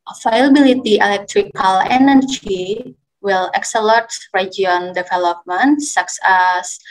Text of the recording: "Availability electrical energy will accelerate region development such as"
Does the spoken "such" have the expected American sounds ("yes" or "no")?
no